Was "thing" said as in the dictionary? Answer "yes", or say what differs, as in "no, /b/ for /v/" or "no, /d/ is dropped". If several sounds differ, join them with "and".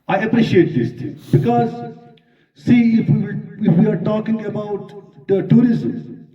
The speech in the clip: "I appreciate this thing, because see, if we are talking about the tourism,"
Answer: no, /t/ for /θ/